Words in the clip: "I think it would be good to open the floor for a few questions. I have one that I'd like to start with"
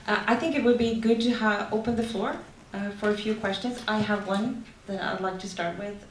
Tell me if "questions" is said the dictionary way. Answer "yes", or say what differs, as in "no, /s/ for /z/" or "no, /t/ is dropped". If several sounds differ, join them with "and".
yes